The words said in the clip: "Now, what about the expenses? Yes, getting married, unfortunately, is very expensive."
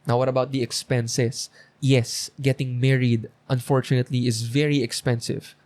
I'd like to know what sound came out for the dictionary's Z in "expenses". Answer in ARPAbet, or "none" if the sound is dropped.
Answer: S